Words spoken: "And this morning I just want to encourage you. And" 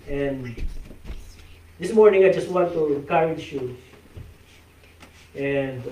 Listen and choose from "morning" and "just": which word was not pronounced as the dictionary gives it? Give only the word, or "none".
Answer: none